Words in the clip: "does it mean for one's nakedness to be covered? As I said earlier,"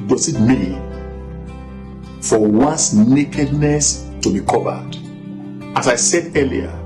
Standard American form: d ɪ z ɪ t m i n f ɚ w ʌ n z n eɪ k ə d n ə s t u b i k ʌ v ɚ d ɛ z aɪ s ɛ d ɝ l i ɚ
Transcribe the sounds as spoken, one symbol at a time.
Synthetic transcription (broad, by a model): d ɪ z ɪ t m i f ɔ w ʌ n s n eɪ k ə d n ə s t u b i k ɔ v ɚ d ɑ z aɪ s ɛ d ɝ l i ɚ